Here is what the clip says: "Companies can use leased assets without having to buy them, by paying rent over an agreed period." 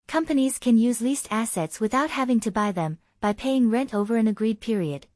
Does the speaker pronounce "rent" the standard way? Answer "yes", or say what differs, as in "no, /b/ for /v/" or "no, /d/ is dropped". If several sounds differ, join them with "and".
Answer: yes